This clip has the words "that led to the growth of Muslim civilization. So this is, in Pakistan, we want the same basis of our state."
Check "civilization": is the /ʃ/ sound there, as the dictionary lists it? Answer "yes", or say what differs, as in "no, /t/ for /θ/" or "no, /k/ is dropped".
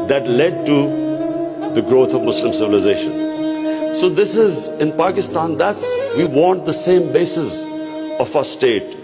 yes